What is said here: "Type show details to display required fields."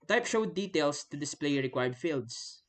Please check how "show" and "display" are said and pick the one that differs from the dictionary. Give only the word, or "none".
none